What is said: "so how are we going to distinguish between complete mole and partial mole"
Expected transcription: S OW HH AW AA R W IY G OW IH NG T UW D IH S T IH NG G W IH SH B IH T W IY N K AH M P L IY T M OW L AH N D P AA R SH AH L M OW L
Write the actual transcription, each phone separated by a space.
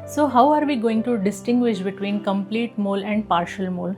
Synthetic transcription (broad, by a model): S OW HH AW AA R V IY G OW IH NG T UW D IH S T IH NG G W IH SH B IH T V IY N K AH M P L IY T M OW L AH N D P AA R SH AH L M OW L